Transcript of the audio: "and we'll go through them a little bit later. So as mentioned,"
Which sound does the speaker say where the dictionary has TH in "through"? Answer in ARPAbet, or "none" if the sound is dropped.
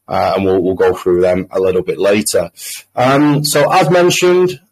TH